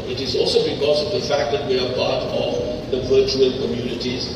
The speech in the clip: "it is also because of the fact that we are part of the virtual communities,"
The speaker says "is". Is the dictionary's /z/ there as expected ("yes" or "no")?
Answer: yes